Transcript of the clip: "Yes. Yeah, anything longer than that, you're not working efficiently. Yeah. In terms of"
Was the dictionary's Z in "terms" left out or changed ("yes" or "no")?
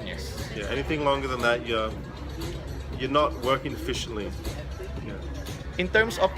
yes